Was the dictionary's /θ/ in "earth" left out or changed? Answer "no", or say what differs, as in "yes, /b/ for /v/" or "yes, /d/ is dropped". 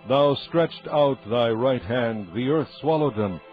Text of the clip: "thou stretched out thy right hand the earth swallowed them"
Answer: no